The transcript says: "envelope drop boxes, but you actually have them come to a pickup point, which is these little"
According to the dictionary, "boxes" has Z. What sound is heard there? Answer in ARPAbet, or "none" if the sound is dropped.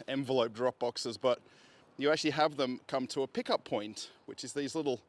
Z